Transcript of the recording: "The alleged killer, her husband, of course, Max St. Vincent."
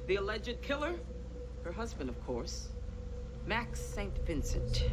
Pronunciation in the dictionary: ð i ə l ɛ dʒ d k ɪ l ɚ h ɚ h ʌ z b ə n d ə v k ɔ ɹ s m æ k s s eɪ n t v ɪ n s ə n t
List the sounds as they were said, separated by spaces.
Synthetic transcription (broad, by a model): ð i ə l ɛ dʒ d k ɪ l ɚ h ɚ h ʌ z b ə n d ə v k ɔ ɹ s m æ k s s eɪ n t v ɪ n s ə n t